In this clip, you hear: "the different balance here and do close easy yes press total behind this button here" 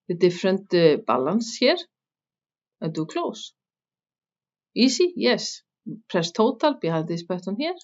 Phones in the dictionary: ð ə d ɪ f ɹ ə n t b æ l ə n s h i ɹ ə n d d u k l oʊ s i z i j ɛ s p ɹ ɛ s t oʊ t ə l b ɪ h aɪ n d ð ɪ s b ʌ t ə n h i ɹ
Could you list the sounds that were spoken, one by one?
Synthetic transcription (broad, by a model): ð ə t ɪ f ɹ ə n t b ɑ l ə n s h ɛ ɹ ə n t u k l oʊ s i s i j ɛ s p ɹ ɛ s t oʊ t ə l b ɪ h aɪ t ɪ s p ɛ t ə n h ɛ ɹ